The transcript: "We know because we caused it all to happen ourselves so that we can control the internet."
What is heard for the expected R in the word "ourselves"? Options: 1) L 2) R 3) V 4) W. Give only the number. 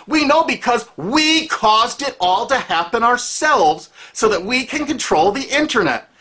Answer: 2